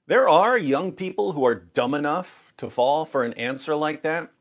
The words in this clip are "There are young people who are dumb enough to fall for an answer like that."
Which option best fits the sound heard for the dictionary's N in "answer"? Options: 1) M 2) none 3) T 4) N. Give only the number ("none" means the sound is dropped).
4